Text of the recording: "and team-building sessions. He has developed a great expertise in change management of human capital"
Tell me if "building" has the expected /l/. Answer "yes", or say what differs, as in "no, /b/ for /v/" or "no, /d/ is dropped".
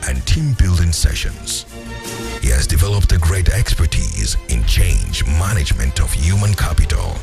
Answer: yes